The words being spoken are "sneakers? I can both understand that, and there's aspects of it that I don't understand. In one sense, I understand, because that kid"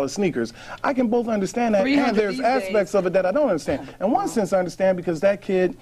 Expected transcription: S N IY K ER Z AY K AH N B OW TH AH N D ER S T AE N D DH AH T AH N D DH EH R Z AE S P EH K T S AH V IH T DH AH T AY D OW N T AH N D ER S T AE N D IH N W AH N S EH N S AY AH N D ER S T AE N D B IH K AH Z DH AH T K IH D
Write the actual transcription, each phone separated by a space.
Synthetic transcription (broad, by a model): S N IY K ER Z AY K AH N B OW TH AH N D ER S T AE N DH AH T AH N DH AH R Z AE S P EH K T S AH V IH T DH AH T AY D OW N T AH N D ER S T AE N D IH N W AH N S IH N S AY AH N D ER S T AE N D B IH K AH Z DH AH T K IH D